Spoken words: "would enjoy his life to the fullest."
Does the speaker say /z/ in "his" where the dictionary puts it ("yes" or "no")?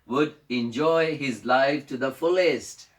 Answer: yes